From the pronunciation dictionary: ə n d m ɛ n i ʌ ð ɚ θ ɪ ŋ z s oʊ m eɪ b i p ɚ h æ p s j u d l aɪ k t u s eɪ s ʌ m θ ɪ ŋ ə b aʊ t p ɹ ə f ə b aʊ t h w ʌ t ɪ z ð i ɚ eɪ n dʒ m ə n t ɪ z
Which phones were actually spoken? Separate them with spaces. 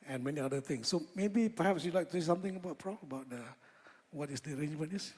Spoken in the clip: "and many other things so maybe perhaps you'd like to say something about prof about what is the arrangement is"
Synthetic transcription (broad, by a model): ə n m ɛ n i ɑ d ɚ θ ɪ ŋ s oʊ m eɪ b i p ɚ h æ p s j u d l aɪ k t u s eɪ s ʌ m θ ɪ ŋ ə b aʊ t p ɹ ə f ə b aʊ t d w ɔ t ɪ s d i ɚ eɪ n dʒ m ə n ɪ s